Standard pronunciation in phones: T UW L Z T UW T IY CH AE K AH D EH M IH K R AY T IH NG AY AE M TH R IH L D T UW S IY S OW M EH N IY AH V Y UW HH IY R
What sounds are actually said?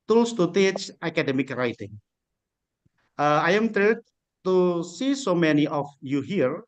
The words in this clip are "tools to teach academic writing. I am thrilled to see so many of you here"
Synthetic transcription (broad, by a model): T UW L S T UW T IY CH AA K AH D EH M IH K R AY T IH NG AY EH M T R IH D T UW S IY S OW M EH N IY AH F Y UW HH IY R